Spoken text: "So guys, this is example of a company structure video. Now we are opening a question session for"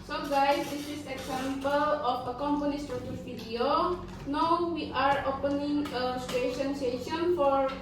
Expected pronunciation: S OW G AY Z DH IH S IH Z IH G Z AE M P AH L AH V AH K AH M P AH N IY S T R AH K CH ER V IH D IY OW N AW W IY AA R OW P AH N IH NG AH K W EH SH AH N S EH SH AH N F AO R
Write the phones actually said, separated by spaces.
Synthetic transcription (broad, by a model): S OW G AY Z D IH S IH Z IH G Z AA M P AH L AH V AH K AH M P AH N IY S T AH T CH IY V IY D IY OW N AW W IY AA R OW P AH N IH NG AH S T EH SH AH N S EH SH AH N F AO R